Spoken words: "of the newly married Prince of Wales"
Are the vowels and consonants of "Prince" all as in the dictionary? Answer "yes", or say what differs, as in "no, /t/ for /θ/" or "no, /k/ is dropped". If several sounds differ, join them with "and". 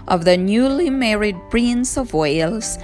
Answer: no, /b/ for /p/